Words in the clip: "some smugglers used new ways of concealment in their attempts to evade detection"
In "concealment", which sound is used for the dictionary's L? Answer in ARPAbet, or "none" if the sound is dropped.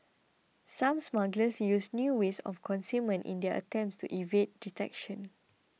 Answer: none